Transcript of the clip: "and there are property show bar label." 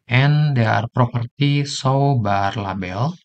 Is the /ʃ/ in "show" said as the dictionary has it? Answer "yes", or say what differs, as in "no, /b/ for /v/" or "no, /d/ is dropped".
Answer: no, /s/ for /ʃ/